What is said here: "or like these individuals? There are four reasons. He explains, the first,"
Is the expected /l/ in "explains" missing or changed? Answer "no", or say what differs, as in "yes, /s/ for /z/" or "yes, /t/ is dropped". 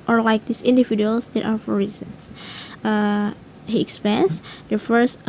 yes, /l/ is dropped